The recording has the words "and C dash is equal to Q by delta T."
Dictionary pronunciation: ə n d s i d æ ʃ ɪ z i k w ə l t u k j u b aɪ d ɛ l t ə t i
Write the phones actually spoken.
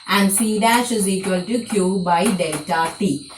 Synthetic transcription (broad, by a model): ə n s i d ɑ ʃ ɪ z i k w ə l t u k j u b aɪ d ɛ t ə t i